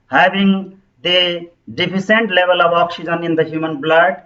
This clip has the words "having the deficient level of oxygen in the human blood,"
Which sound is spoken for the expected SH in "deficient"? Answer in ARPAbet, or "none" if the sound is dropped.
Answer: S